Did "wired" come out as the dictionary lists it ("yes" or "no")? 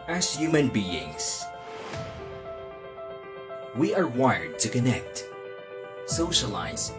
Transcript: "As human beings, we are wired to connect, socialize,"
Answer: yes